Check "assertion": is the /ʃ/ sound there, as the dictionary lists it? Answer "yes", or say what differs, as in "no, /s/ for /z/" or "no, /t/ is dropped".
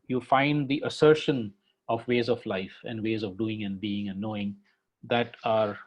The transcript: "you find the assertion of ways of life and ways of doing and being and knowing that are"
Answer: yes